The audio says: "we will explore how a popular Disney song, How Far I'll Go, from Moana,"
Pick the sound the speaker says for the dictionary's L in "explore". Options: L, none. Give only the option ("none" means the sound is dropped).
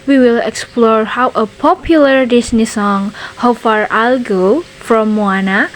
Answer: L